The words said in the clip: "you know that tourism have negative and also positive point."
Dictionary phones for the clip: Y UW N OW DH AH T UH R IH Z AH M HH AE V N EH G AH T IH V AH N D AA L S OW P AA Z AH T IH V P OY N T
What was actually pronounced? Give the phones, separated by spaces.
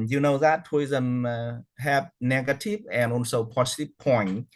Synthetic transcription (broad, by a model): Y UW N OW DH AH T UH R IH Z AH M HH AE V N EH G AH T IH V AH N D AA N S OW P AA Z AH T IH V P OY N